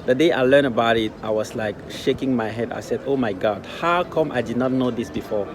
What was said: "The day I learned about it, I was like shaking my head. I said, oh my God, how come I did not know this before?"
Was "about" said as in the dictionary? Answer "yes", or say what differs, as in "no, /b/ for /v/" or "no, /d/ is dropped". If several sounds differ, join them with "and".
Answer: yes